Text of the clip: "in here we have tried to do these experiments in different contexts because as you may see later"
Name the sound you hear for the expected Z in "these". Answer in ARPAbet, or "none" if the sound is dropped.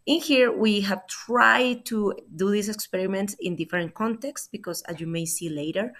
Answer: S